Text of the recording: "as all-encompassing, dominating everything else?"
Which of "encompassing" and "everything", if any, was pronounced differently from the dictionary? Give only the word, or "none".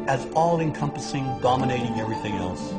none